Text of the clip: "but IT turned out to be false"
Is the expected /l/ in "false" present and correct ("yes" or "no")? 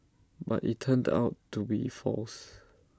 yes